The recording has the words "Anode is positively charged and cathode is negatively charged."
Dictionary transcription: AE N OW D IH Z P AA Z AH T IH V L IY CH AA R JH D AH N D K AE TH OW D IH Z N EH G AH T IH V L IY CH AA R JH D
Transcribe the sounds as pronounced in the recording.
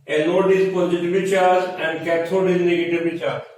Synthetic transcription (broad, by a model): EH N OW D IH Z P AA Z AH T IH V IY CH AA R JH AH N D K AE T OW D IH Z N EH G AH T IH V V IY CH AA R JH